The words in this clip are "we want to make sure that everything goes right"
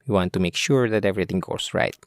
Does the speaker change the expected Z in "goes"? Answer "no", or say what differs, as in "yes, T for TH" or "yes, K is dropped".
yes, S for Z